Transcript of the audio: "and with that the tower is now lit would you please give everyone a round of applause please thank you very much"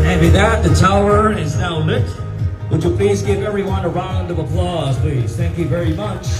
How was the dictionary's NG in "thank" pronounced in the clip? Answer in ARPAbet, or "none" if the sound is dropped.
NG